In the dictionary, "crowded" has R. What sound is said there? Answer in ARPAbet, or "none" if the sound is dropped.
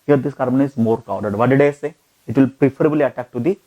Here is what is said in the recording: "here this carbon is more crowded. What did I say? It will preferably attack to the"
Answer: none